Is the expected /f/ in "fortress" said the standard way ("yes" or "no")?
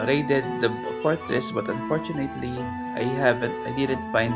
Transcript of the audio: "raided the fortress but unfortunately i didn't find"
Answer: no